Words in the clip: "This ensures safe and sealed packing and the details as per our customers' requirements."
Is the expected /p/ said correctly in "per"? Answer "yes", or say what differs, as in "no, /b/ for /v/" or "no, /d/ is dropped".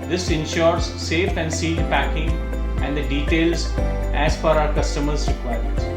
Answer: no, /f/ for /p/